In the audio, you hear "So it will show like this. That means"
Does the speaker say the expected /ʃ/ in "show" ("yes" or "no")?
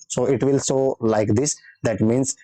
no